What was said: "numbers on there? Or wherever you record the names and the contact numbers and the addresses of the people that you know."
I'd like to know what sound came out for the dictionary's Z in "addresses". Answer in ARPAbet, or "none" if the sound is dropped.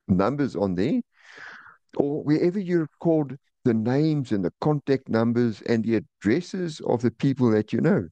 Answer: Z